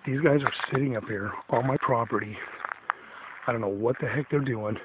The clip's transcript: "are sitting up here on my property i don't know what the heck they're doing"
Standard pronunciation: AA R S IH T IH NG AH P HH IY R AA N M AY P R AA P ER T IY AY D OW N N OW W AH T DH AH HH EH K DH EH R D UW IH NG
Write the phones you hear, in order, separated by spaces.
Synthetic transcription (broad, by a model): AA R S IH T IH NG AH P HH IY R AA L M AY P R AA P ER T IY AY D OW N N OW W AH T DH AH HH EH K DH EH R D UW IH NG